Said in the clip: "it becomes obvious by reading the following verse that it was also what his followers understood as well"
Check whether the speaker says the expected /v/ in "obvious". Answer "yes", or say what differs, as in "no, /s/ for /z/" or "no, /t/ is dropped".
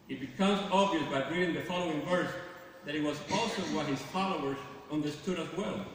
yes